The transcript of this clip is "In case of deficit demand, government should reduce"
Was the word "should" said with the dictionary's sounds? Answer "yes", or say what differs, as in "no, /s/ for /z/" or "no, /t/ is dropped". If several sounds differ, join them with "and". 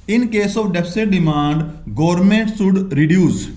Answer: no, /s/ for /ʃ/